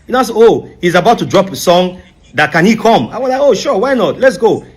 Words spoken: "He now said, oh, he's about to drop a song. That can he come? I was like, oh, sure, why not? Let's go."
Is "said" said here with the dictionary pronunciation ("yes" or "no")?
no